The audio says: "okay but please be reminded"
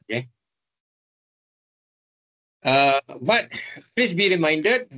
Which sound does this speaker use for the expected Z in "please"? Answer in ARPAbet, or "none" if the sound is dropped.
S